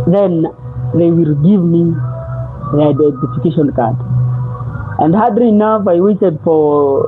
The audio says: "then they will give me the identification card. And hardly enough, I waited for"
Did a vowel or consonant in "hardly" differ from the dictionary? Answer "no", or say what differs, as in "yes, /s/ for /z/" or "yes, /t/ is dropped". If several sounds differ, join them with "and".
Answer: yes, /l/ is dropped